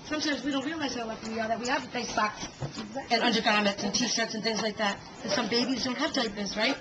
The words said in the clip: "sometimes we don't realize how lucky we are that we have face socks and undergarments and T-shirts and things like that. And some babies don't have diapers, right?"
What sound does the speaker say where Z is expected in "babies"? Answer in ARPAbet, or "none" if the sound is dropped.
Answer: Z